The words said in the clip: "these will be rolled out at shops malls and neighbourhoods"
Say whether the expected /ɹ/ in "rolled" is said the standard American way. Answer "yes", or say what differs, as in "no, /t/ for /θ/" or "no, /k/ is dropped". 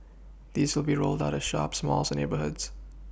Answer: yes